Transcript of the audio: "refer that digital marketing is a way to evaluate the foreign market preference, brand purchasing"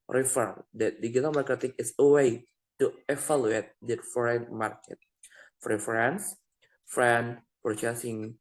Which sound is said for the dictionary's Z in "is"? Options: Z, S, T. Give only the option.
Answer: S